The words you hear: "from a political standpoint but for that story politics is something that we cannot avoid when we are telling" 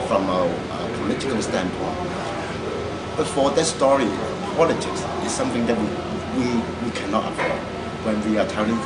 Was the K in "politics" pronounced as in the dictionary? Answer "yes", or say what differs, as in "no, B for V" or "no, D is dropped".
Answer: yes